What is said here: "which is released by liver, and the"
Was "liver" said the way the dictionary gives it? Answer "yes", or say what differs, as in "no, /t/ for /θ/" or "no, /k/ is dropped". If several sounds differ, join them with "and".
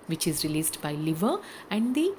yes